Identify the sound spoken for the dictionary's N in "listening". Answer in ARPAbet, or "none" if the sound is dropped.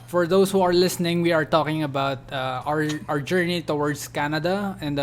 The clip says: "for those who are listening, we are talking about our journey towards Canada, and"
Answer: N